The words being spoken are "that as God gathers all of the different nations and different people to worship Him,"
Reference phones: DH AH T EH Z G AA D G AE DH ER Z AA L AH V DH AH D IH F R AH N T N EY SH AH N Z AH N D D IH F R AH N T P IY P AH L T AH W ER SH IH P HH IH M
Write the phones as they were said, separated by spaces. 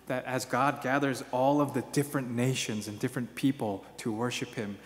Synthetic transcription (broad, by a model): DH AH T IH Z G AA D G AE DH ER Z AA L AH V DH AH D IH F R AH N N EY SH AH N Z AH N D D IH F R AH N P IY P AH L T AH W ER SH IH P HH IH M